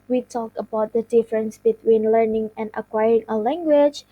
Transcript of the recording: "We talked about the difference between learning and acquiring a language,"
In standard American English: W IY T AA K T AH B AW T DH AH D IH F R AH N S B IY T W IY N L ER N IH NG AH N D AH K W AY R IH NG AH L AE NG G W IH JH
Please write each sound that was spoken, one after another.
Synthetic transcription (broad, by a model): W IY T AA K AH B AW T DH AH D IH F R AH N S B IY T W IY N L ER N IH NG AH N D AH K W AY R IH NG AH L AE NG G W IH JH